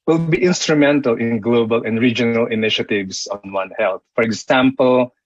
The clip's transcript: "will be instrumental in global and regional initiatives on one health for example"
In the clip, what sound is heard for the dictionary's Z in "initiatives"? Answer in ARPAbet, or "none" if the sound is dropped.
S